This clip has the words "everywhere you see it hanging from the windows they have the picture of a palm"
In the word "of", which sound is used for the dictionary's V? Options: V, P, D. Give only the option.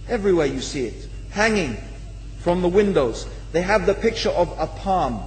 V